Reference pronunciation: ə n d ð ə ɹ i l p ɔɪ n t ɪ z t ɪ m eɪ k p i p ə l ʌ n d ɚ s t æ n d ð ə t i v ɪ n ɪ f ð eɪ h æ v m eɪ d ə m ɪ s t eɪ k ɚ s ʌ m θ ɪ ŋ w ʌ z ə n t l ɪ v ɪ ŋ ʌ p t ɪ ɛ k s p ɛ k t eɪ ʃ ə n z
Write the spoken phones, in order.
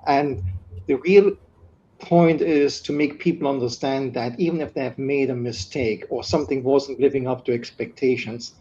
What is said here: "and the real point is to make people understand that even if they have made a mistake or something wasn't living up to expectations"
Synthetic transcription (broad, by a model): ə n ð ə ɹ i l p ɔɪ n t ɪ z t ɪ m eɪ k p i p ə l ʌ n d ɚ s t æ n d ð ə t i v ɪ n ɪ f ð eɪ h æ v m eɪ d ə m ɪ s t eɪ k ɚ s ʌ m θ ɪ ŋ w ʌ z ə n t l ɪ v ɪ ŋ ʌ p t ɪ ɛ k s p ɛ k t eɪ ʃ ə n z